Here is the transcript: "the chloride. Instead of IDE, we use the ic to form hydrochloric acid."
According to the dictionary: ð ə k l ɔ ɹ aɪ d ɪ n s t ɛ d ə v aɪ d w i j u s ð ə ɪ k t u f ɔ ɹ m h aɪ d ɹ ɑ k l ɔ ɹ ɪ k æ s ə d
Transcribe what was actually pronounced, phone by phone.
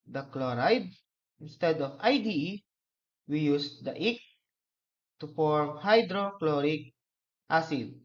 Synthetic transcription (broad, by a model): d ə k l ɔ ɹ aɪ d ɪ n s t ɛ d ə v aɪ d w i j u s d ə ɪ k t u f ɔ ɹ m h aɪ d ɹ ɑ k l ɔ ɹ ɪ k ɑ s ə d